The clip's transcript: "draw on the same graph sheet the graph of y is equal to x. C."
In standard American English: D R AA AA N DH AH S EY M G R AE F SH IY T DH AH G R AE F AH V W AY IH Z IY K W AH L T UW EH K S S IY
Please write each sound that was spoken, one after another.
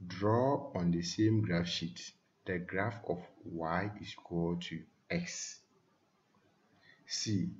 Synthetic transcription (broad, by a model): D R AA AA N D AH S EY M G R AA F SH IY T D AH G R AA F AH F W AY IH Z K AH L T UW EH K S S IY